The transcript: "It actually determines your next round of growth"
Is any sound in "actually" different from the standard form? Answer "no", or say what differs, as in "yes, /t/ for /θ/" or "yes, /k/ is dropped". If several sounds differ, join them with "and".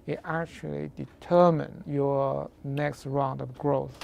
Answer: no